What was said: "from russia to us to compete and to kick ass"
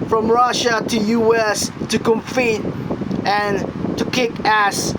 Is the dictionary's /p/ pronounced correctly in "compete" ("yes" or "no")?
no